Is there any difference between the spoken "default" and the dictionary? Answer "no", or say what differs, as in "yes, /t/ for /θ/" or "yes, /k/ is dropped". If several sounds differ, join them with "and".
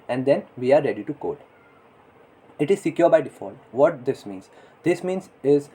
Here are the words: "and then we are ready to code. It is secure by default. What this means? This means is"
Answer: no